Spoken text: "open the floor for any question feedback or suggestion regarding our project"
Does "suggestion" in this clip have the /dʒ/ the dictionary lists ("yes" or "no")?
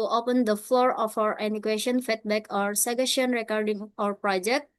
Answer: no